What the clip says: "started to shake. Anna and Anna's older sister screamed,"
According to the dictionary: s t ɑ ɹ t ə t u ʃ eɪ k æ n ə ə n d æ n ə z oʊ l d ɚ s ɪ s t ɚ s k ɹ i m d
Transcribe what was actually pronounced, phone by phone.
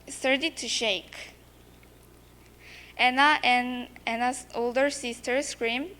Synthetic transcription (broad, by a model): s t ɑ ɹ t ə t u ʃ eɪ k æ n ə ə n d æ n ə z oʊ l d ɚ s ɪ s t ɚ s k ɹ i m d